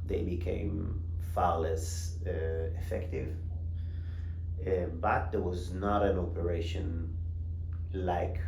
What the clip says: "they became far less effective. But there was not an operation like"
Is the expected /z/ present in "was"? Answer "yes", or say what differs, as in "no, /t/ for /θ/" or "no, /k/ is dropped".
yes